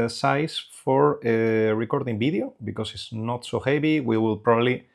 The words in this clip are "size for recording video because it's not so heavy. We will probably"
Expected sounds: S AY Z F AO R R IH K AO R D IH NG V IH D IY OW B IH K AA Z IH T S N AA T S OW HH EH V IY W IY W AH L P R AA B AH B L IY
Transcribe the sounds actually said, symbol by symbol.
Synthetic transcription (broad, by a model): S AY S F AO R R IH K AO R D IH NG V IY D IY OW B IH K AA S IH T S N AA T S OW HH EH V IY W IY W AH L P R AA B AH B L IY